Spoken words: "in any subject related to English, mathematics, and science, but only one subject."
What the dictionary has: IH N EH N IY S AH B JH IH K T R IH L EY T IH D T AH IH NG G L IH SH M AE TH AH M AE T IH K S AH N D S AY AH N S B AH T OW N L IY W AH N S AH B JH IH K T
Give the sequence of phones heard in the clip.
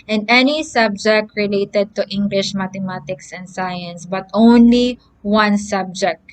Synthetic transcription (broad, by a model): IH N EH N IY S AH B JH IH K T R IH L EY T IH D T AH IH NG G L IH SH M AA T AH M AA T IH K S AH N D S AY AH N S B AH T OW N L IY W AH N S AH B JH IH K T